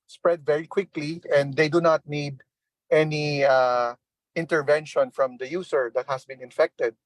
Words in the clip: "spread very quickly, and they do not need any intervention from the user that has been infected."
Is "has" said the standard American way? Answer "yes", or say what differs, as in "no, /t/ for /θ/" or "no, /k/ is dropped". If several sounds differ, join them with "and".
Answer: no, /s/ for /z/